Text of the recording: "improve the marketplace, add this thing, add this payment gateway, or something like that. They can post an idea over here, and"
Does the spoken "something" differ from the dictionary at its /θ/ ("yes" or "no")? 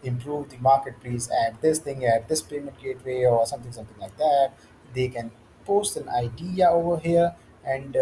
yes